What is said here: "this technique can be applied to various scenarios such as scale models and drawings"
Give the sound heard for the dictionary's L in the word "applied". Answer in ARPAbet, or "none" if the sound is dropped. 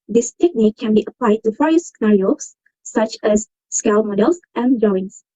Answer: L